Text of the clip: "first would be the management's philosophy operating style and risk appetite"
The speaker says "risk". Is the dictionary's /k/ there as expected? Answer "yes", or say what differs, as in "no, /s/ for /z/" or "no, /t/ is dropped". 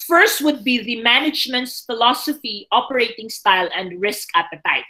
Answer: yes